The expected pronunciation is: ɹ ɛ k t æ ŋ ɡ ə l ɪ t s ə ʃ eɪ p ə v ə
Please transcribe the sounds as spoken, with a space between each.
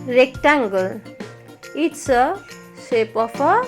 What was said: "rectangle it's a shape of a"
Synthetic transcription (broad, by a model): ɹ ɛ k t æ ŋ ɡ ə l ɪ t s ə s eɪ p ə p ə